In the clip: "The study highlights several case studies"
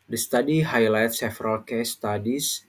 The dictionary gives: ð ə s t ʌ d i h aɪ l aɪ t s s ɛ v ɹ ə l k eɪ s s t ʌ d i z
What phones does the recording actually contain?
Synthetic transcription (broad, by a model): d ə s t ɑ d i h aɪ l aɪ t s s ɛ f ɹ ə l k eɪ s s t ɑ d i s